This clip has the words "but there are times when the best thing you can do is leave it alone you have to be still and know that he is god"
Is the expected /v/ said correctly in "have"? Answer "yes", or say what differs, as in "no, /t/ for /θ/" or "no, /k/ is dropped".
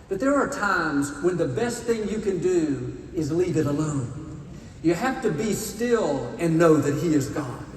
no, /f/ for /v/